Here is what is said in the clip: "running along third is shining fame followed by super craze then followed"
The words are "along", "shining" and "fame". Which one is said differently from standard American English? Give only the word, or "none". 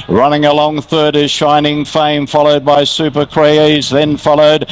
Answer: none